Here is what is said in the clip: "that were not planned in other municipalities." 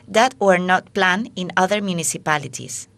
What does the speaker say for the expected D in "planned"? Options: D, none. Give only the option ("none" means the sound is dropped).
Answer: none